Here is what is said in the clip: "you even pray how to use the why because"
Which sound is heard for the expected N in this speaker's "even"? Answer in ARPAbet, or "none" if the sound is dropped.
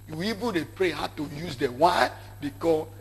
L